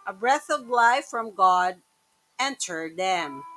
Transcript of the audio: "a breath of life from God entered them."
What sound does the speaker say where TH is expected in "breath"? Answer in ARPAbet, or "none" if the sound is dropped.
TH